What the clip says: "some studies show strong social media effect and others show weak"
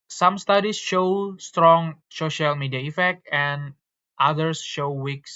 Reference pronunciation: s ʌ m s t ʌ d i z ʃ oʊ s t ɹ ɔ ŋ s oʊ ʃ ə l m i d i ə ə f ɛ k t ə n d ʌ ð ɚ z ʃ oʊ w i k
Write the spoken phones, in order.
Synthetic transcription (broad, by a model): s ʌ m s t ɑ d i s ʃ oʊ s t ɹ ɔ ŋ s oʊ ʃ ə l m i d i ə ə f ɛ k t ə n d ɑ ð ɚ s ʃ oʊ w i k